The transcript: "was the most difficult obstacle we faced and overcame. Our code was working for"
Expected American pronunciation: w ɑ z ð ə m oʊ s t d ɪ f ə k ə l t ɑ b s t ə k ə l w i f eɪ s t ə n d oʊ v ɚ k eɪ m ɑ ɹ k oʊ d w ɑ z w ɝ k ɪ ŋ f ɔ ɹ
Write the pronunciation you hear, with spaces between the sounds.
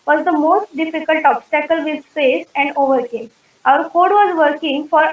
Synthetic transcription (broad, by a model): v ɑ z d ə m oʊ s t d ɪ f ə k ə l t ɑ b s t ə k ə l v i p eɪ s ə n d oʊ v ɚ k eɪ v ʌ ɹ k oʊ d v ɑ z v ɝ k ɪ ŋ f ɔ ɹ